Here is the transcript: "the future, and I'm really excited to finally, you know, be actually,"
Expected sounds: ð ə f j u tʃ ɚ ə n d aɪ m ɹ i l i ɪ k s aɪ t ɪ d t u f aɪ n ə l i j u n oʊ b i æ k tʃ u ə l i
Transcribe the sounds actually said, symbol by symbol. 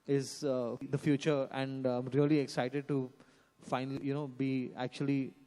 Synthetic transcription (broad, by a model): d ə f j u tʃ ɚ ə n d aɪ m ɹ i l i ɪ k s aɪ t ɪ d t u f aɪ n ə l i j u n oʊ b i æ k tʃ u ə l i